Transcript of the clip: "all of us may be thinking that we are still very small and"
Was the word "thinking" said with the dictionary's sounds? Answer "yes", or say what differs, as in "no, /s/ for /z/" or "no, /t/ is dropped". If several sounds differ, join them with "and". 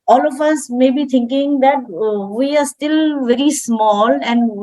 no, /t/ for /θ/